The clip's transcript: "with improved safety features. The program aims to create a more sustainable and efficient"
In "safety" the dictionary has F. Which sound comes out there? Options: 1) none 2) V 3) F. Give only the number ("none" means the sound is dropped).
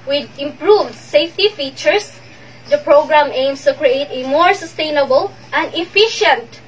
3